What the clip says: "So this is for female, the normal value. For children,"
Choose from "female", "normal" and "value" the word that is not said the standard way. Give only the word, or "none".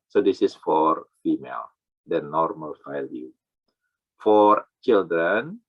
value